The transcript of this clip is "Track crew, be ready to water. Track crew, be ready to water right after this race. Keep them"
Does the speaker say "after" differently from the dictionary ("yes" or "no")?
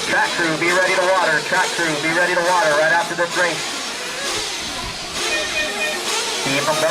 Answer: no